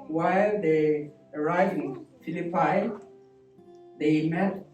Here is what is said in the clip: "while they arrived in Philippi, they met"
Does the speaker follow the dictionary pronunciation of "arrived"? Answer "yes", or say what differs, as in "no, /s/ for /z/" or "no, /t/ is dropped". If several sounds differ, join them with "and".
no, /d/ is dropped